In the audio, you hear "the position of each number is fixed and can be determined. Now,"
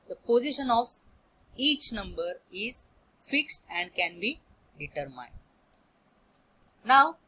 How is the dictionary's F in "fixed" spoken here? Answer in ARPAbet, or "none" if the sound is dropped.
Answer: F